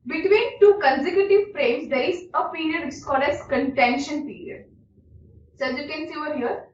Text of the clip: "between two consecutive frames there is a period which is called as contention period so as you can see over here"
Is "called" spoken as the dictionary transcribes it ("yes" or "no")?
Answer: no